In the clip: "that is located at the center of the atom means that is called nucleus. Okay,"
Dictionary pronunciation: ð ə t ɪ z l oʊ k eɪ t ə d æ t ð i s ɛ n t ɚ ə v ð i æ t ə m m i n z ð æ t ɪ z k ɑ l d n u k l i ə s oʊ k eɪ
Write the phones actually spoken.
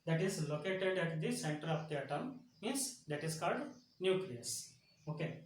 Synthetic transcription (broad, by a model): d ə t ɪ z l oʊ k eɪ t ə d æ t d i s ɛ n t ɚ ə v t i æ t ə m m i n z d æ t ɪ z k ɑ l d n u k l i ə s oʊ k eɪ